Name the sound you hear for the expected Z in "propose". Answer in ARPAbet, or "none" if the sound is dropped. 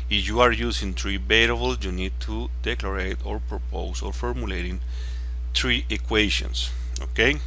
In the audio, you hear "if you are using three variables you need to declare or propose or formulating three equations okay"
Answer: S